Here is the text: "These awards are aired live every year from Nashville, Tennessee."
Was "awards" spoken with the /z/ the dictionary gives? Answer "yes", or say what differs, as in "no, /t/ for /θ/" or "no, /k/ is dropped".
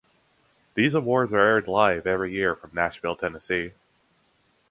yes